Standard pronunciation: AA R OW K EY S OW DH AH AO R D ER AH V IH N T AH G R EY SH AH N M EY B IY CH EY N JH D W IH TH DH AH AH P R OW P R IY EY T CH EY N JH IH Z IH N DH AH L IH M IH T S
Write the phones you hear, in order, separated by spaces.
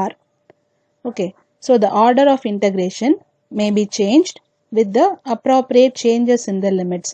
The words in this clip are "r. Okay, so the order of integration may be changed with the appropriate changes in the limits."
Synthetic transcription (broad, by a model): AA R OW K EY S OW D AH AO R D ER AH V IH N T AH G R EY SH AH N M EY B IY CH EY N JH D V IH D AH AH P R OW P R IY EY T CH EY N JH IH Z IH N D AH L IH M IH T S